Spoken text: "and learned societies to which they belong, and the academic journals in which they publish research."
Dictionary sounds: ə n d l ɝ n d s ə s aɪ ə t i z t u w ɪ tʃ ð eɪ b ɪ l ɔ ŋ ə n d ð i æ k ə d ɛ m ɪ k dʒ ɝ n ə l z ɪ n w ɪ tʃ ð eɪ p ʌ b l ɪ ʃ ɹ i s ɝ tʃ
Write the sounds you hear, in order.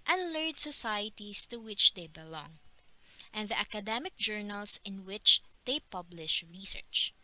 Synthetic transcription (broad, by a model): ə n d l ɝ d s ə s aɪ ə t i s t u w ɪ tʃ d eɪ b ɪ l ɔ ŋ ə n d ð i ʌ k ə d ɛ m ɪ k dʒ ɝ n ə l s ɪ n w ɪ tʃ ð eɪ p ʌ b l ɪ ʃ ɹ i s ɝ tʃ